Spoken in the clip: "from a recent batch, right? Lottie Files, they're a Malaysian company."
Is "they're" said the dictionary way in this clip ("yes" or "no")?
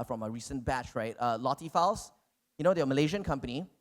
no